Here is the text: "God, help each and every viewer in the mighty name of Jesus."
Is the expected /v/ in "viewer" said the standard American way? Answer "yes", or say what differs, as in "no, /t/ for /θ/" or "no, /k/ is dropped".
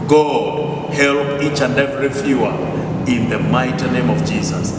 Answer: no, /f/ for /v/